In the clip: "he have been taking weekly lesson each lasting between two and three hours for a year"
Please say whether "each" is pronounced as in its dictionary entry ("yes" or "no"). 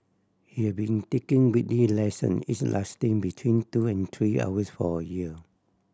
no